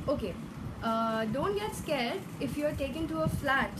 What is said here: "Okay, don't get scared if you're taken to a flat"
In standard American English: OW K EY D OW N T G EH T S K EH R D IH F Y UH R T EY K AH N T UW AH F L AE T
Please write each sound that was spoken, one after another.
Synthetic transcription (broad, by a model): OW K EY D OW N T G EH T S K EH L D IH F Y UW R T EY K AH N T UW AH F L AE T